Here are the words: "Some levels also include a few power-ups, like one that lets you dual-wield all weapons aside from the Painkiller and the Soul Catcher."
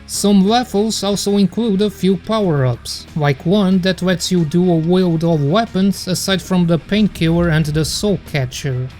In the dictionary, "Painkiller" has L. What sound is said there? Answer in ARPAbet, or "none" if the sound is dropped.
none